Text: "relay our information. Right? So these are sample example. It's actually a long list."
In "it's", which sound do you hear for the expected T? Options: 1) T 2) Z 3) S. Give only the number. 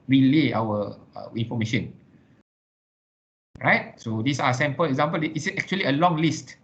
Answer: 3